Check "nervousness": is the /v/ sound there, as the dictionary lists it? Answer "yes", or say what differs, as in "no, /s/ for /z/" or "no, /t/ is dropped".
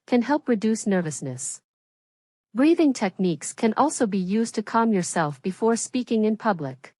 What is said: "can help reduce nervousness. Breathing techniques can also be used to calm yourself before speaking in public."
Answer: yes